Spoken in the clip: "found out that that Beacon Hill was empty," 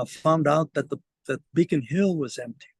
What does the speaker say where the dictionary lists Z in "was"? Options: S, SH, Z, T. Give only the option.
Z